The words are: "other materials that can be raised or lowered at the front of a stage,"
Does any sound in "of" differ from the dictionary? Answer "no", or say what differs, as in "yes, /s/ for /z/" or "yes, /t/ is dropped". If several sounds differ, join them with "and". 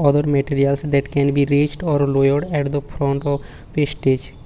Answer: yes, /p/ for /v/